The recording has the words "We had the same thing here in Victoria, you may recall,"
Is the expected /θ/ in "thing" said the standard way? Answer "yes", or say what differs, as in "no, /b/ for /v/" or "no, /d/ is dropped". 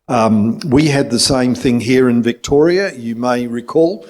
yes